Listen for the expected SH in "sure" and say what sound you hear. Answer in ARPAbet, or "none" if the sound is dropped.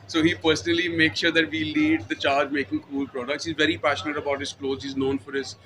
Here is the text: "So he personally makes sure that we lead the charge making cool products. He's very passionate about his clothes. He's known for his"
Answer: SH